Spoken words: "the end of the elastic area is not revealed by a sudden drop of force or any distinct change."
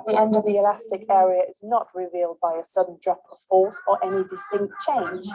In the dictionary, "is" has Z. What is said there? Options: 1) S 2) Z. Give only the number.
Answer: 2